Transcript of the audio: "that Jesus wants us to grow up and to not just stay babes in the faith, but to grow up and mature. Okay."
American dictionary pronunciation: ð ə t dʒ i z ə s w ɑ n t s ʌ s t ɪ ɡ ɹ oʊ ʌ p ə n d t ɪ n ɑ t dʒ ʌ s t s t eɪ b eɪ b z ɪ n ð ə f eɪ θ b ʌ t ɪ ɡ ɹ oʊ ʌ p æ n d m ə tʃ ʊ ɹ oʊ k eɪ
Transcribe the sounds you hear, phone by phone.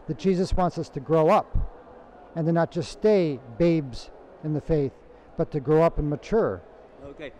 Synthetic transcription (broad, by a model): ð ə t dʒ i z ə s w ɑ n t s ʌ s t ɪ ɡ ɹ oʊ ʌ p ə n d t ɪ n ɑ t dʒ ʌ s s t eɪ b eɪ b z ɪ n ð ə f eɪ θ b ʌ t ɪ ɡ ɹ oʊ ʌ p n m ə tʃ ʊ ɹ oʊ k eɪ